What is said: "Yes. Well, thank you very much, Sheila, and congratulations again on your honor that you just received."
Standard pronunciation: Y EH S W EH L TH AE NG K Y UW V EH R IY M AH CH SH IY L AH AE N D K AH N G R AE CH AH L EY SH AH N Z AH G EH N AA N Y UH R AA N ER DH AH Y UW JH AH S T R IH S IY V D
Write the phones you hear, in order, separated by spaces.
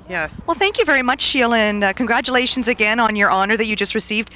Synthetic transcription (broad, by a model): Y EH S W EH L TH AE NG K Y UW V EH R IY M AH CH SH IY L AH N K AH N G R AE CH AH L EY SH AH N Z AH G EH N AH N Y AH R AA N ER DH AH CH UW JH AH S T R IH S IY V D